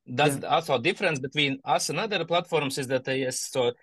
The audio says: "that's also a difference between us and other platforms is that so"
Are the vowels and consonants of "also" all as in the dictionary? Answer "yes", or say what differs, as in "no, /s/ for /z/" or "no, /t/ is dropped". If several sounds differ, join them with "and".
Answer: no, /l/ is dropped